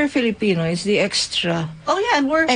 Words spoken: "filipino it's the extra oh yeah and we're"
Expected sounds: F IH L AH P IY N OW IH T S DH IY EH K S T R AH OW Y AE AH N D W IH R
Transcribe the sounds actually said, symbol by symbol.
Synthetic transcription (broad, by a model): F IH L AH P IY N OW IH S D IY EH K S T R AH OW Y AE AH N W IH R